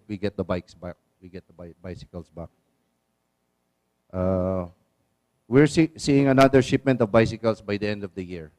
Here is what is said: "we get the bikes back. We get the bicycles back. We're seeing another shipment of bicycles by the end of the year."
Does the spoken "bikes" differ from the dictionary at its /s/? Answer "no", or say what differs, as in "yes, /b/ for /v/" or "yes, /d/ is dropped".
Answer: no